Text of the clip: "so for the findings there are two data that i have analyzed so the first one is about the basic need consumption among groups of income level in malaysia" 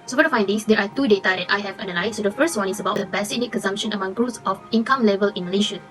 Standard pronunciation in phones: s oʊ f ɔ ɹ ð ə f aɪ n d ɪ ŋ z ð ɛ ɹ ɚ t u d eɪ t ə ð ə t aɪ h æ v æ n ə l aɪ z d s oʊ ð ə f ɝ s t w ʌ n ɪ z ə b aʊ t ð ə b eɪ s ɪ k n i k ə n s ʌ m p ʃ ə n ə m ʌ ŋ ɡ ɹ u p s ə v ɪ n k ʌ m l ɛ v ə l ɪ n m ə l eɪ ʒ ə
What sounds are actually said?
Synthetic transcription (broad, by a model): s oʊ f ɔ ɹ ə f aɪ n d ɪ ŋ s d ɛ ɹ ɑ t u d eɪ t ə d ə t aɪ h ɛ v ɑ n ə l aɪ s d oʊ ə f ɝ s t w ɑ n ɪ s ə b aʊ t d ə b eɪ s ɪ n i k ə n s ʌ m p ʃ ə n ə m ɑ ŋ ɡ ɹ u s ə f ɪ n k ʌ m l ɛ v ə l ɪ n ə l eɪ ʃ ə